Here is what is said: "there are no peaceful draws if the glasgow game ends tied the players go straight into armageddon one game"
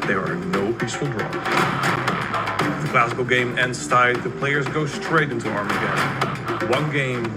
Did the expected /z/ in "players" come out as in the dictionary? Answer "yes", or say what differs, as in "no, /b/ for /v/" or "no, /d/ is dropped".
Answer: yes